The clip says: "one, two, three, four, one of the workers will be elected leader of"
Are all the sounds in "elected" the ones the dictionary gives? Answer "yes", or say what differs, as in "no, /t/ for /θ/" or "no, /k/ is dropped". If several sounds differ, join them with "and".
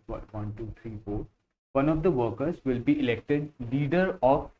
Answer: yes